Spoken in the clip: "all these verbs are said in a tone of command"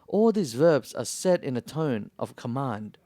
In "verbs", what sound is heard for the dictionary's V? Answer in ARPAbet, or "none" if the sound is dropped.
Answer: V